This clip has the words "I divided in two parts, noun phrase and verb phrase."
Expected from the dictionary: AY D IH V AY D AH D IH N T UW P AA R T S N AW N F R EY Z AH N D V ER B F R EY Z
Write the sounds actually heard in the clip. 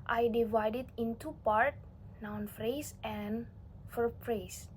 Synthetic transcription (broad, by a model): AY D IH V AY D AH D IH N T UW P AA R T N AW N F R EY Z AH N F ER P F R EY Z